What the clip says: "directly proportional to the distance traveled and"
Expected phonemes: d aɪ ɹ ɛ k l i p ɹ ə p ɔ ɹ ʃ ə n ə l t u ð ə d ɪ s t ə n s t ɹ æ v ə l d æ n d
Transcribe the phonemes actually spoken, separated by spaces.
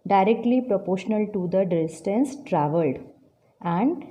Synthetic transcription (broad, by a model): d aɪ ɹ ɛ k l i p ɹ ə p ɔ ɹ ʃ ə n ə l t u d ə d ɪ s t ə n s t ɹ æ v ə l d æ n d